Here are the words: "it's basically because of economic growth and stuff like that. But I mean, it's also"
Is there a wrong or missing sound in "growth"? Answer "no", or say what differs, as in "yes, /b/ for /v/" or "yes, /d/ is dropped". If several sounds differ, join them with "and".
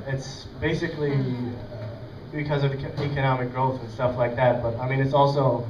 no